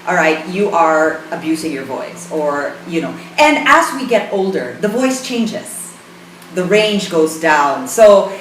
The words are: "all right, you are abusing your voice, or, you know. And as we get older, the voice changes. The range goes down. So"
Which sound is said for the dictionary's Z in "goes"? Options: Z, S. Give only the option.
Z